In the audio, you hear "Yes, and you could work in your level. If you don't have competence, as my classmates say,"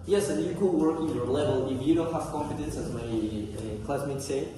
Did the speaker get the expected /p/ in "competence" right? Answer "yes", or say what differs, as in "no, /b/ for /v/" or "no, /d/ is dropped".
no, /f/ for /p/